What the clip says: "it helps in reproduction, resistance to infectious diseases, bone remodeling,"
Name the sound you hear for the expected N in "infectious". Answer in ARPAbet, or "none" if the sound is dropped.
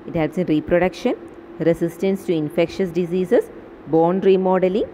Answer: N